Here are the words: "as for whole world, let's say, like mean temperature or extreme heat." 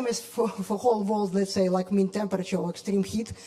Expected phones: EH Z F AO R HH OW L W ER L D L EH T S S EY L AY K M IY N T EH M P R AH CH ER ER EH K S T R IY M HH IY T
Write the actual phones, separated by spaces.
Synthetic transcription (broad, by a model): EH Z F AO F HH OW L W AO L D L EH T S S EY L AY K M IY N T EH M P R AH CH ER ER EH K S T R IY M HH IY T